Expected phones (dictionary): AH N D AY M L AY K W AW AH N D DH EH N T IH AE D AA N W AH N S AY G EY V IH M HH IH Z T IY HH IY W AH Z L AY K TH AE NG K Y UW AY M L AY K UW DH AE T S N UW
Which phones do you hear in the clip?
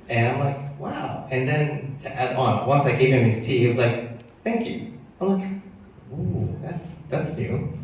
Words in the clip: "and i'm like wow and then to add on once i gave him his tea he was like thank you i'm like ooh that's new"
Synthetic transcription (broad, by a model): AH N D AY M L AY K W AW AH N DH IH N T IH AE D AA N W AH N S AY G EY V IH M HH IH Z T IY HH IY W AH Z L AY K TH AE NG K Y UW AY M L AY K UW DH AE T S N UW